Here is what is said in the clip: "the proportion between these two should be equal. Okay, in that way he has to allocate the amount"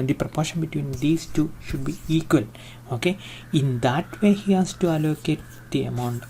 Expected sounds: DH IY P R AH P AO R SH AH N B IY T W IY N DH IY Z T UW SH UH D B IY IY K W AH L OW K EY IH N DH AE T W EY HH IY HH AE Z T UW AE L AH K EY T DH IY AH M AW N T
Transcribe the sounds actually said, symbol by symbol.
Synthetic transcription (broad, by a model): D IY P R AH P AO R SH AH N B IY T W IY N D IY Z T UW SH UH D B IY IY K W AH L OW K EY IH N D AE T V EY HH IY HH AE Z T UW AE L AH K EY T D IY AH M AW N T